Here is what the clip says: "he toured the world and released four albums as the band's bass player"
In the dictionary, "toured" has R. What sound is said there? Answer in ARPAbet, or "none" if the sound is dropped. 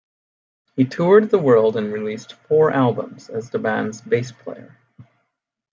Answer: R